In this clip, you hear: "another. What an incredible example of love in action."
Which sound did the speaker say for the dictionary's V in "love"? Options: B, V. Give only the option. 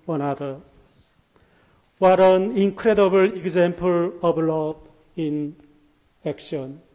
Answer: B